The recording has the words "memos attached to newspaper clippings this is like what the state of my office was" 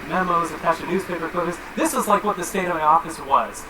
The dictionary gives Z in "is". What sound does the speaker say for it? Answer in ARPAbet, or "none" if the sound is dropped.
Z